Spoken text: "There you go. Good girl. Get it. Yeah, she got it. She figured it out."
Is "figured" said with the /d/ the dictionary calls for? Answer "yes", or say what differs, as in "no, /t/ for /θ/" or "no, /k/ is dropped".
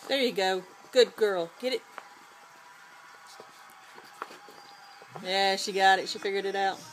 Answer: yes